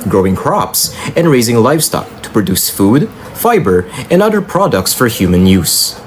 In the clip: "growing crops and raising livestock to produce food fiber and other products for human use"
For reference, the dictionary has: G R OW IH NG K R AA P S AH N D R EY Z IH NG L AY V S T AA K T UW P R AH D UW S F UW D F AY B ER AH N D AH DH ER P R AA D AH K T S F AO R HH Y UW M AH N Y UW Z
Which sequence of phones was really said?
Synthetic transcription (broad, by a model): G R OW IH NG K R AA P S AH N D R EY Z IH NG L AY F S T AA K T UW P R AH D UW S F UW D F AY B ER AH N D AH DH ER P R AA D AH K T S F AO R HH Y UW M AH N Y UW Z